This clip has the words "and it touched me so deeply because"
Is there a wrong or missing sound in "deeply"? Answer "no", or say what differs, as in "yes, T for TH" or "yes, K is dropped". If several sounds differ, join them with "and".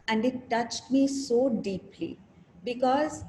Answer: no